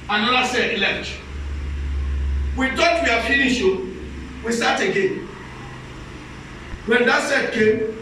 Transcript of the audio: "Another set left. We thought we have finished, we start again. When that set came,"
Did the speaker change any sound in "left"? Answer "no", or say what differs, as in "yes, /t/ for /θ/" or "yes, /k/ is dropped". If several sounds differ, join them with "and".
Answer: yes, /f/ is dropped